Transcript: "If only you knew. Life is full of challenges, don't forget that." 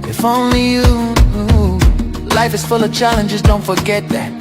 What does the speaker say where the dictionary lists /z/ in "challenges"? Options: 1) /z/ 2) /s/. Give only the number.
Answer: 1